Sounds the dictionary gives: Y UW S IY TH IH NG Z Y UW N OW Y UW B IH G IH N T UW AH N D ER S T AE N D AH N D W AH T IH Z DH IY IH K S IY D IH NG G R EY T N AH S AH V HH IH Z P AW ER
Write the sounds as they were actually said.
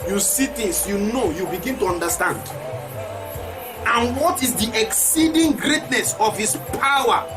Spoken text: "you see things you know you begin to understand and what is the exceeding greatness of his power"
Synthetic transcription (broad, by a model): Y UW S IY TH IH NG S Y UW N OW Y UW B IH G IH N T UW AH N D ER S T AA N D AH N W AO T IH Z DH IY IH K S IY D IH NG G R EY T N AH S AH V HH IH S P AW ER